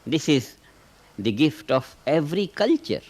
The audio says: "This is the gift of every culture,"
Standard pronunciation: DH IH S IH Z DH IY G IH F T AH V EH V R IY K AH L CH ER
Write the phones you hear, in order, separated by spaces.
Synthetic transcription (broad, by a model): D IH S IH Z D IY G IH F T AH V EH V R IY K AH L CH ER